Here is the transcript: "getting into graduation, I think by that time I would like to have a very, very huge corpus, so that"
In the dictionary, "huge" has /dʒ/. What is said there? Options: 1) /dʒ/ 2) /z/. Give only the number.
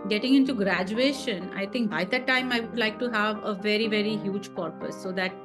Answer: 1